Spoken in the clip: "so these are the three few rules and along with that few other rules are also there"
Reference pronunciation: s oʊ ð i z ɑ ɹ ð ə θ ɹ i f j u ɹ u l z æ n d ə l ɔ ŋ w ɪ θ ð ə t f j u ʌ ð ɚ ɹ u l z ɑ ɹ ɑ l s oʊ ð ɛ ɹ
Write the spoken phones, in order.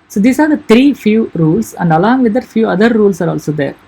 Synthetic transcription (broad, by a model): s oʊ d i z ɑ ɹ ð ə t ɹ i f j u ɹ u l s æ n d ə l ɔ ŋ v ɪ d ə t f j u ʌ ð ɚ ɹ u l s ɑ ɹ ɑ l s oʊ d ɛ ɹ